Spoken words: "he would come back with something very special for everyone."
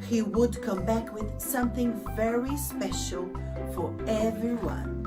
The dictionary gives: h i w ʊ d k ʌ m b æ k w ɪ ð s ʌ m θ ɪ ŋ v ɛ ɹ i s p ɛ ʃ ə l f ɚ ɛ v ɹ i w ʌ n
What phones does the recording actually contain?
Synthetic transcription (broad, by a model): h i w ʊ d k ʌ m b æ k w ɪ ð s ʌ m θ ɪ ŋ v ɛ ɹ i s p ɛ ʃ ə l f ɚ ɛ v ɹ i w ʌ n